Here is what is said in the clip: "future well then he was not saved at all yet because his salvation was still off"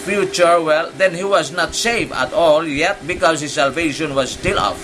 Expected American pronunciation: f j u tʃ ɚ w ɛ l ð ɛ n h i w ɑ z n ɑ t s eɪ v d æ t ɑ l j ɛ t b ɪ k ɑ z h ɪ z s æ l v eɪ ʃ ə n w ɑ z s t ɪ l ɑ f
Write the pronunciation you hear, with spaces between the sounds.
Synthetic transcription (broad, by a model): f j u tʃ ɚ w ɛ l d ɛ n h i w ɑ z n ɑ t s eɪ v æ t ɑ l j ɛ t b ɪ k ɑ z h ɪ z s æ l v eɪ ʃ ə n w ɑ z s t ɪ l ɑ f